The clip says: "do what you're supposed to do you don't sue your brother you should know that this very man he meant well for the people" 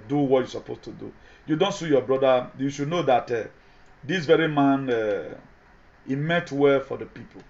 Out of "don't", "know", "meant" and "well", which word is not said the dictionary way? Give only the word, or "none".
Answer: meant